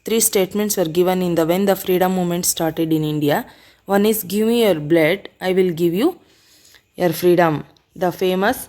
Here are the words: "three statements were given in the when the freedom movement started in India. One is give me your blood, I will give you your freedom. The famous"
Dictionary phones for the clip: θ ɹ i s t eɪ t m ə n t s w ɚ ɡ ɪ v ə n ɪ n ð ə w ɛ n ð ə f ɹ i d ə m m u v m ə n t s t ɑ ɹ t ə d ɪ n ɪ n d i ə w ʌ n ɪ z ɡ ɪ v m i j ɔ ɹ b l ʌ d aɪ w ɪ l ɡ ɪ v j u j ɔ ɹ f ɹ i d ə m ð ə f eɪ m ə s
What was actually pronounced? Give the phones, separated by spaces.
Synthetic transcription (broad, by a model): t ɹ i s t eɪ t m ə n t s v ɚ ɡ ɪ v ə n ɪ n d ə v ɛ n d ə f ɹ i d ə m m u m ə n t s t ɑ ɹ t ə d ɪ n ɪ n d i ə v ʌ n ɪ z ɡ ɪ v m i j ɔ ɹ b l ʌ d aɪ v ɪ l ɡ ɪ v j u j ɔ ɹ f ɹ i d ə m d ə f eɪ m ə s